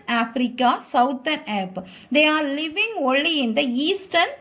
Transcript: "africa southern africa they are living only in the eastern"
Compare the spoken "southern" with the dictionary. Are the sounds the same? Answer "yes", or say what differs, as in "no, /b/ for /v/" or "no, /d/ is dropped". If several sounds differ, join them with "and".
no, /ð/ is dropped